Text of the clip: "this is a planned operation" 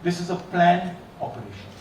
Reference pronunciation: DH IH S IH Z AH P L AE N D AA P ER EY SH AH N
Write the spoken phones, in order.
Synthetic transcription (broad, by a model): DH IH S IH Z AH P L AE N AA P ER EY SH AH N